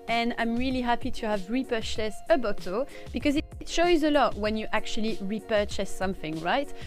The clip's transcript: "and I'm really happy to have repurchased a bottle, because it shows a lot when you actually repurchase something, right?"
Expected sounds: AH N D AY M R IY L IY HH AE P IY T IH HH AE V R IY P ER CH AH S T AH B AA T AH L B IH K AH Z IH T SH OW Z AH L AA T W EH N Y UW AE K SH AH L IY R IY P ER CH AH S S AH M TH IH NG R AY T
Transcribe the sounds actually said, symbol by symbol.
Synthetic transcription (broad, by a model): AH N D AY M R IY L IY HH AE P IY T IH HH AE V R IY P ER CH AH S AH B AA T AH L B IH K AH Z IH T SH OW Z AH L AA T W EH N Y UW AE K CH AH L IY R IY P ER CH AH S S AH M TH IH NG R AY T